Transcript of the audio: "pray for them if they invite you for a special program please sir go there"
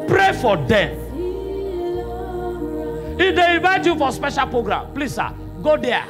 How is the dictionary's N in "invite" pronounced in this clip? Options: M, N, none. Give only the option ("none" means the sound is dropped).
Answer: none